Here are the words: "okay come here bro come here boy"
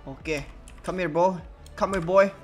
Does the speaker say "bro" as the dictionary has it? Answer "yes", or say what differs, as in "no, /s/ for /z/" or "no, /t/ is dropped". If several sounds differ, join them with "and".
no, /ɹ/ is dropped